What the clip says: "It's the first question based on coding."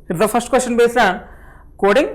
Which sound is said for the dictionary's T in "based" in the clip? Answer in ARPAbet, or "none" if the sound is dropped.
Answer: none